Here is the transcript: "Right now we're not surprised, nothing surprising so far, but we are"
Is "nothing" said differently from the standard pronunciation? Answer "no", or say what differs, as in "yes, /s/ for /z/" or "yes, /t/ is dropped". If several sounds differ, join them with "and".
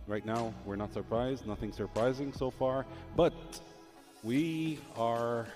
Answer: no